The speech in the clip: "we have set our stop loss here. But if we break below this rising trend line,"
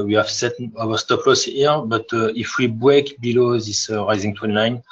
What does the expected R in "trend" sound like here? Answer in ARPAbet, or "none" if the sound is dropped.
W